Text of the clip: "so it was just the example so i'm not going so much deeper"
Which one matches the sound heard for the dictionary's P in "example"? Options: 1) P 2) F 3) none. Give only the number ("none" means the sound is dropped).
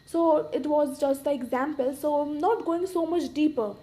1